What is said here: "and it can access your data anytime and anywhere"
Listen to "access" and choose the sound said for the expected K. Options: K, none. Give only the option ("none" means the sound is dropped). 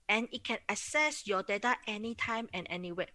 none